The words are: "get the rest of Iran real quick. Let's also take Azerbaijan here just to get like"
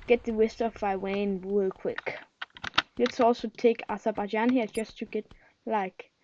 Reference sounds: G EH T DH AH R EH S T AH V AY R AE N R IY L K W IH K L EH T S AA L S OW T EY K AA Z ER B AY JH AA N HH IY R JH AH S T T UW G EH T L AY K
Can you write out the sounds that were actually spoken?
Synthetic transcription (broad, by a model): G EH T DH AH W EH S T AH F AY W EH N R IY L K W IH K L EH T S AA L S OW T EY K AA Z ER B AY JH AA N HH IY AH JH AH S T T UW G EH T L AY K